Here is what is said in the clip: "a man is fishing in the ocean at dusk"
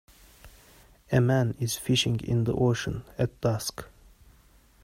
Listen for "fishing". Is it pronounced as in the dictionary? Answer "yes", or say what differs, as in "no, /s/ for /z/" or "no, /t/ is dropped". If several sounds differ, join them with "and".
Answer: yes